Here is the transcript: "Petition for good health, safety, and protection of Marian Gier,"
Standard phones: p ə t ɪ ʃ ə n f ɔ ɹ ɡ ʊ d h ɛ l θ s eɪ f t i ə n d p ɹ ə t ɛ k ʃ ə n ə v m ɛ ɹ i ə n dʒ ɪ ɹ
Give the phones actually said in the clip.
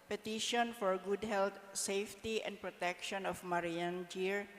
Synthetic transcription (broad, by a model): p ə t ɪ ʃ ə n f ɔ ɹ ɡ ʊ d h ɛ l t s eɪ f t i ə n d p ɹ ə t ɛ k ʃ ə n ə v m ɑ ɹ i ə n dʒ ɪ ɹ